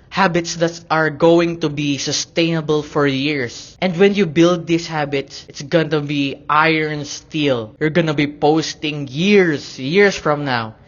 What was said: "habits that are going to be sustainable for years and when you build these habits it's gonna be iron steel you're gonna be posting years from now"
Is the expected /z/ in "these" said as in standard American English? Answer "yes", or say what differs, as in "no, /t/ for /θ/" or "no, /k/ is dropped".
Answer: no, /s/ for /z/